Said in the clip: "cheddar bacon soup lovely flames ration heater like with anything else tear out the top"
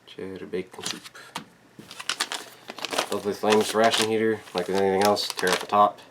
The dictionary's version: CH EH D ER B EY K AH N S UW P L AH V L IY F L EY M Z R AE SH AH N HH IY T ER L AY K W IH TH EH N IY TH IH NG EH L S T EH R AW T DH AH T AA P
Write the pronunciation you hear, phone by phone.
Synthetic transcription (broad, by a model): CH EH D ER B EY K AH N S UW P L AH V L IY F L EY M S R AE SH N HH IY T ER L AY K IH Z EH N IY TH IH NG EH L S T EH R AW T DH AH T AA P